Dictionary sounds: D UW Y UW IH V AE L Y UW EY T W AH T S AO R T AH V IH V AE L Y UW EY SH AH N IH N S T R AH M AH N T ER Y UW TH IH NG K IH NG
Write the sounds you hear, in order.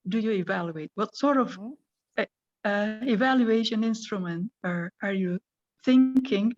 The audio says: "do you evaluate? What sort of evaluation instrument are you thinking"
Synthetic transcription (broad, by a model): D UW Y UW IH V AE L Y UW EY T W AH T S AO R T AH V IH V AE L Y UW EY SH AH N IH N S T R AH M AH N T ER Y UW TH IH NG K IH NG